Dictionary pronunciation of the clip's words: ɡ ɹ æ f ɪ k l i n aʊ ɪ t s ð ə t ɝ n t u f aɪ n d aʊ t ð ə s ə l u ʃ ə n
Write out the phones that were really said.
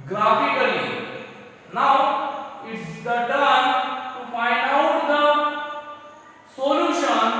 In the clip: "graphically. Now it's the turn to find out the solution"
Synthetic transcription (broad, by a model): ɡ ɹ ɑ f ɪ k l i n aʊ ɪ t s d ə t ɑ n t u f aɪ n aʊ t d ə s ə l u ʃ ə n